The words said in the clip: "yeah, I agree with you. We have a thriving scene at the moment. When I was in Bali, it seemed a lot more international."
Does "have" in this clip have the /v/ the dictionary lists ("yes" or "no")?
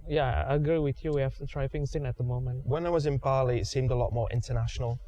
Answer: no